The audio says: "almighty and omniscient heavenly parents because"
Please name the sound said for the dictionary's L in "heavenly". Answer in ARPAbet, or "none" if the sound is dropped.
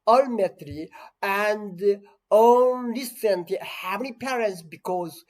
none